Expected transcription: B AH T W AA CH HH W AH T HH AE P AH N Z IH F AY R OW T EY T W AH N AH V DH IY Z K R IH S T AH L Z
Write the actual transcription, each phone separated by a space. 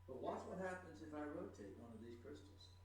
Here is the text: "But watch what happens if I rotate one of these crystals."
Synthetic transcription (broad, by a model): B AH T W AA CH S W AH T HH AE P AH N Z IH F AY R OW T EY T W AH N AH V DH IY Z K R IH S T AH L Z